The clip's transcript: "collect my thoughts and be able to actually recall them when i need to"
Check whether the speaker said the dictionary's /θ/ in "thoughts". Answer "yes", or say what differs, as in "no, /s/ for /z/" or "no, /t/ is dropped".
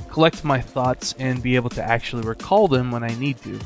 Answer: yes